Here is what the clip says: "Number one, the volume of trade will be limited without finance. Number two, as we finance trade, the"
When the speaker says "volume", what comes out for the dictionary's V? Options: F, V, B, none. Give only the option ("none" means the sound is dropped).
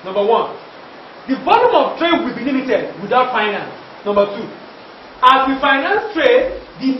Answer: B